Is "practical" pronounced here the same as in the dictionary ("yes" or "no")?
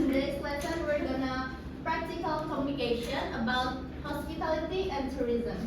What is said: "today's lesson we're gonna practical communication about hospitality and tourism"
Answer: yes